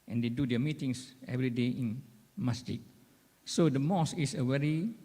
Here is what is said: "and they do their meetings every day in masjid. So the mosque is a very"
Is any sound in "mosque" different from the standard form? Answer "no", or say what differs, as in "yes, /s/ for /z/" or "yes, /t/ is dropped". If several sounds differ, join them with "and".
yes, /k/ is dropped